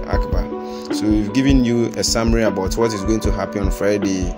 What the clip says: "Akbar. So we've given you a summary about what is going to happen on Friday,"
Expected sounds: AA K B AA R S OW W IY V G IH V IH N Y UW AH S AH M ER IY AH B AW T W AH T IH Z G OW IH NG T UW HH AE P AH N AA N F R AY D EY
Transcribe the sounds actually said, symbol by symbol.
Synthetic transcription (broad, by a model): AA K B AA S OW W IY V G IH V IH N Y UW AH S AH M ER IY AH B AW T W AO T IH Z G OW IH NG T UW HH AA P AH AA N F R AY D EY